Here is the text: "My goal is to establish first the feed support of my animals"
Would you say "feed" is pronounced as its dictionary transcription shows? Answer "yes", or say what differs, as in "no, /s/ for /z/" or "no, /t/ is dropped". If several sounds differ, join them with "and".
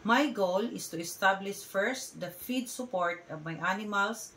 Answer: yes